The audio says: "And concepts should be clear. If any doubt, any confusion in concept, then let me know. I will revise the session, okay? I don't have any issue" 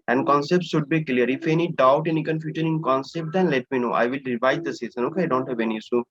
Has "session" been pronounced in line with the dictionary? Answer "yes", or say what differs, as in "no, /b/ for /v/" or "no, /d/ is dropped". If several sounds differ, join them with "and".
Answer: no, /s/ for /ʃ/